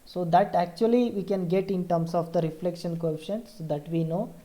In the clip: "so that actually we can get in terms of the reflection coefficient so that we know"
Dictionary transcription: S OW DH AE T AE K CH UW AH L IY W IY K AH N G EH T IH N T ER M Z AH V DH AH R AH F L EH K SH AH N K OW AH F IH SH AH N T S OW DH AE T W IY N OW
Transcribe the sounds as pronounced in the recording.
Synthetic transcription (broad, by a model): S OW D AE T AE K CH UW AH L IY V IY K AH N G EH T IH N T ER M S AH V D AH R AH F L EH K SH AH N K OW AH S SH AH N S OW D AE T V IY N OW